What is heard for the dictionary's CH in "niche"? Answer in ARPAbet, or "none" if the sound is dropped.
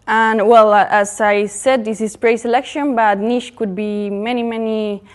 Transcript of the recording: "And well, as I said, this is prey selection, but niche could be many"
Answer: SH